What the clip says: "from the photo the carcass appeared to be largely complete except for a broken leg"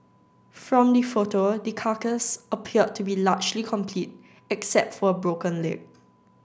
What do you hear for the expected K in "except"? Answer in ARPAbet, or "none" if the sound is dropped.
K